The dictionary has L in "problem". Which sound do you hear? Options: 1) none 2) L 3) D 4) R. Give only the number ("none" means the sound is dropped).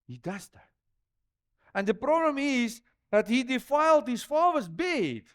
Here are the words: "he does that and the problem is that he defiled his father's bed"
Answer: 2